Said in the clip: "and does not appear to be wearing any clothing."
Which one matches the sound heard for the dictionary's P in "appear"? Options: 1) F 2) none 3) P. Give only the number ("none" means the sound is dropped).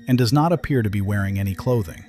3